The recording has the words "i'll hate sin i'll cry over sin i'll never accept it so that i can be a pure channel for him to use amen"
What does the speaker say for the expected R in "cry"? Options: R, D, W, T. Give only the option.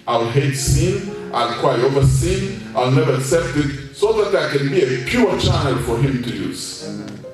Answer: W